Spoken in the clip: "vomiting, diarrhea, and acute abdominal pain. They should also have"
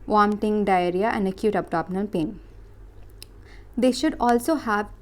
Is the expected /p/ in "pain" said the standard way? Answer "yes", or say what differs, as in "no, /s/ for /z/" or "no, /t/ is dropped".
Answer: yes